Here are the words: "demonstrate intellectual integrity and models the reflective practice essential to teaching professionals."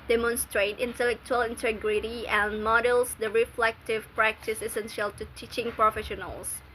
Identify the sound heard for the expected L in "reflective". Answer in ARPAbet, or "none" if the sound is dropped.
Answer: L